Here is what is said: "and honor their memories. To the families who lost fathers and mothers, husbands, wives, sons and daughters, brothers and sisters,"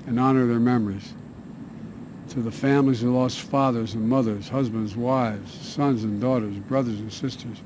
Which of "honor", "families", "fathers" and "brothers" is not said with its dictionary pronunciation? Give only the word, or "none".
none